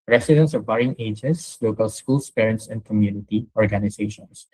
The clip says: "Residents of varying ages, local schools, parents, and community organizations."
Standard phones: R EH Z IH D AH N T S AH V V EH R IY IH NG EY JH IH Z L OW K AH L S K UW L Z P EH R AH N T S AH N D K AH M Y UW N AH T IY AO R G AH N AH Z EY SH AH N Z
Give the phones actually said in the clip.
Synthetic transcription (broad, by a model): R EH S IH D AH N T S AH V B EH R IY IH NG EY JH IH S L OW K AH L S K UW L S P EH R AH N T S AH N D K AH M Y UW N AH T IY AO R G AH N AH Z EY SH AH N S